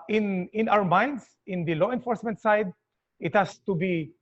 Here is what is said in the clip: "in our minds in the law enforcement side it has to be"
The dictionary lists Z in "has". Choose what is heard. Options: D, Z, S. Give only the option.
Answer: S